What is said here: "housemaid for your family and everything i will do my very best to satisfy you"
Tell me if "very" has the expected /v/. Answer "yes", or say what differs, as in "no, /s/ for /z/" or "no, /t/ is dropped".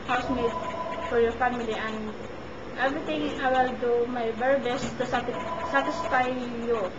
no, /b/ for /v/